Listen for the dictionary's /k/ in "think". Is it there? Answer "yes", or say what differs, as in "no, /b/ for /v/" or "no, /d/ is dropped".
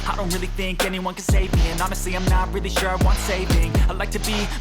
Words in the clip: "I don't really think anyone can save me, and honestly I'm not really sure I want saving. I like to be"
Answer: yes